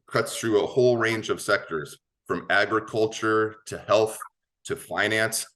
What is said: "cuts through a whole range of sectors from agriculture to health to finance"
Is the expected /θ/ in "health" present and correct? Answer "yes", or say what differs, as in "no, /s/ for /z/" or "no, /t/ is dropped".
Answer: yes